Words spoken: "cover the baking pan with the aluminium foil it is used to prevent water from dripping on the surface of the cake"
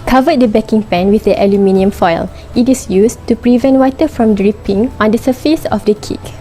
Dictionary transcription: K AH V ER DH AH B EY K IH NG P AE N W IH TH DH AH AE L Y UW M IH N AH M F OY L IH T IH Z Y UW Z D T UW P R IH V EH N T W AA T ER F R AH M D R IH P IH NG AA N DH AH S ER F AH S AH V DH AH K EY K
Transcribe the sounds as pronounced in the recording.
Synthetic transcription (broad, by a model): K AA V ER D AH B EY K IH NG P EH N W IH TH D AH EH L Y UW M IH N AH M F OY L IH T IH S Y UW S T UW P R IH V EH N T W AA T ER F R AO M D R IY P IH NG AA N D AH S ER F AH S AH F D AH K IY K